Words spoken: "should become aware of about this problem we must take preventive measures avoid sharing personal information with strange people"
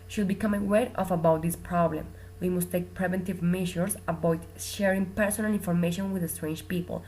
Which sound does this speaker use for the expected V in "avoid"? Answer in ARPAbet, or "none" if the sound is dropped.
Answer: B